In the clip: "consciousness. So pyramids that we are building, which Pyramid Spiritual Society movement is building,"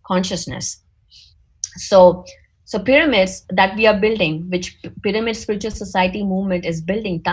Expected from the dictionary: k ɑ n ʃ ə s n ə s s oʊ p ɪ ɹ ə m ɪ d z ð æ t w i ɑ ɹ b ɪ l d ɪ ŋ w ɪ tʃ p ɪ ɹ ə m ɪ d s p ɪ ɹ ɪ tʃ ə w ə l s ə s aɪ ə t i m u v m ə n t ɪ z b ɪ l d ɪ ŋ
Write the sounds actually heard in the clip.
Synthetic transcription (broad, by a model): k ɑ n ʃ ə s n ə s s oʊ p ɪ ɹ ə m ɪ d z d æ t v i ɑ ɹ b ɪ l d ɪ ŋ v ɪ tʃ p ɪ ɹ ə m ɪ d s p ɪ ɹ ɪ tʃ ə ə l s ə s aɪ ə t i m u v m ə n t ɪ z b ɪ l d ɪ ŋ